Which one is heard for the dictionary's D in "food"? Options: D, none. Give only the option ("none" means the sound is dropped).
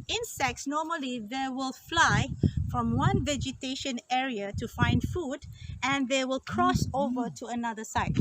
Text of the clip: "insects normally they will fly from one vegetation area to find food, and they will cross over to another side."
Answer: D